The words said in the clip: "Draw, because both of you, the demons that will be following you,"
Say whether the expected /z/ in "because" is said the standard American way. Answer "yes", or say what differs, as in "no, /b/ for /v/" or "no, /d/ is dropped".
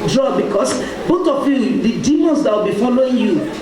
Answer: no, /s/ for /z/